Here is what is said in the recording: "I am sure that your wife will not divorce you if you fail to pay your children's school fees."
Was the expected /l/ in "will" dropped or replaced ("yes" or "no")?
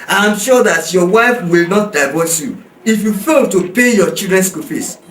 no